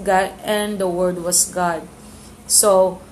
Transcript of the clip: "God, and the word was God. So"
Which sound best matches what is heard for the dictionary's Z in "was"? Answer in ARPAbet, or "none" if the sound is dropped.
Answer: S